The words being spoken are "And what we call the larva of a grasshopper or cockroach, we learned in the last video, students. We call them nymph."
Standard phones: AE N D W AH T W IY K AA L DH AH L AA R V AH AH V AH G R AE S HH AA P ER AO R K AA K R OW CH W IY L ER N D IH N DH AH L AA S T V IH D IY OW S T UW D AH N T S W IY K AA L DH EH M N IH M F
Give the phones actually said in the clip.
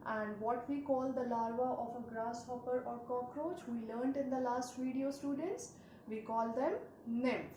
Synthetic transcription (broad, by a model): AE N D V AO T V IY K AA L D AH L AA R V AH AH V AH G R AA S HH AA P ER AO R K AA K R OW CH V IY L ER N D IH N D AH L AA S T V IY D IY OW S T UW D AH N T S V IY K AA L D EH M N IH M